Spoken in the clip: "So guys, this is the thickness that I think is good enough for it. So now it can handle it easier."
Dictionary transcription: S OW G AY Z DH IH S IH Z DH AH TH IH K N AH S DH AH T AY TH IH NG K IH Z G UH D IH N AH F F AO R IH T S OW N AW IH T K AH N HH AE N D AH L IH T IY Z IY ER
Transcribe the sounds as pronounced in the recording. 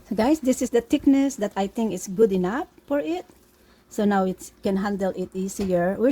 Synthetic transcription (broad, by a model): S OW G AY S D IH S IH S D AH T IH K N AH S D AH T AY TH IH NG K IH S G UH D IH N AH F F AO R IH T S OW N AW IH T K AH N HH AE N D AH L IH T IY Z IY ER